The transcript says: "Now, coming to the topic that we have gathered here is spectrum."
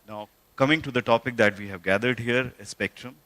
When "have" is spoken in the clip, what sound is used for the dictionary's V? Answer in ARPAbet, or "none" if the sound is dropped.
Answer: V